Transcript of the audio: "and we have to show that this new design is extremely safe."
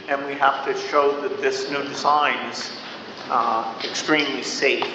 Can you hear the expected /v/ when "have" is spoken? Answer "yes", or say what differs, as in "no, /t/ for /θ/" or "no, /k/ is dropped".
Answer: no, /f/ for /v/